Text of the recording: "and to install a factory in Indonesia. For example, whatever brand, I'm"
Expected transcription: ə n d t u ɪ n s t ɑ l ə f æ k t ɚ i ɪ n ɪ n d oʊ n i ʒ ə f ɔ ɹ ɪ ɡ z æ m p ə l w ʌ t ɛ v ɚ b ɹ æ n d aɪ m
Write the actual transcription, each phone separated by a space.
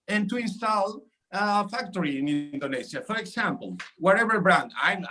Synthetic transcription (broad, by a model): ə n t u ɪ n s t ɑ l ə f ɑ k t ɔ i ɪ n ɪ n d oʊ n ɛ s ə f ɔ ɹ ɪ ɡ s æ m p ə l w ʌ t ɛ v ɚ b ɹ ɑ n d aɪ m